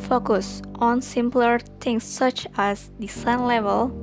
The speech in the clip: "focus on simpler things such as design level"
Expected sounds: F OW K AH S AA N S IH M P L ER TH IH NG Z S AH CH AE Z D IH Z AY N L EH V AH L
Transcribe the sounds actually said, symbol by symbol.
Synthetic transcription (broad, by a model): F OW K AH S AA N S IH M P L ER T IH NG S AH CH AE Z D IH S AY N L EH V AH L